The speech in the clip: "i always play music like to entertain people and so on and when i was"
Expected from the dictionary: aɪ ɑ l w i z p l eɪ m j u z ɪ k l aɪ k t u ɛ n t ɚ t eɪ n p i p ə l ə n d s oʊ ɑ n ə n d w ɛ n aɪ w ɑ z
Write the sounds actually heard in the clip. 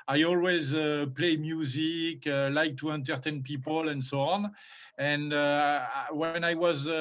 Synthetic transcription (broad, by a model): aɪ ɑ l w i z p l eɪ m j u z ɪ k l aɪ k t u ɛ n t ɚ t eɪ n p i p ə l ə n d s oʊ ɑ n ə n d w ɛ n aɪ w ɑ z